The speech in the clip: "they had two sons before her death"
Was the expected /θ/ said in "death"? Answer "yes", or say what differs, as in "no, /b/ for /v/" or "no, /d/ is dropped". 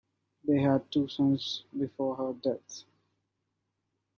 no, /t/ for /θ/